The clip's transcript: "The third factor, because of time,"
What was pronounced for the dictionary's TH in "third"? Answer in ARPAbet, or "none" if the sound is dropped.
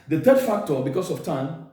T